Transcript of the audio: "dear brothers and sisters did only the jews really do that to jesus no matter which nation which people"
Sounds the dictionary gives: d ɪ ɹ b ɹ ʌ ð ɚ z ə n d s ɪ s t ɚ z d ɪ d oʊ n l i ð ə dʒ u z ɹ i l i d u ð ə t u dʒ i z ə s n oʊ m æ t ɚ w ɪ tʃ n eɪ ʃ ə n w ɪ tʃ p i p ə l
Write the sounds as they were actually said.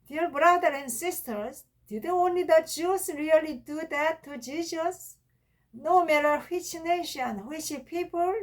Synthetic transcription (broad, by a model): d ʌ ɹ b ɹ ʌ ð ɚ ə n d s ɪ s t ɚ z d ɪ d oʊ n l i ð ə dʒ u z ɹ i l i d u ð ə t u dʒ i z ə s n oʊ m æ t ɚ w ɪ tʃ n eɪ ʃ ə n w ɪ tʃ p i p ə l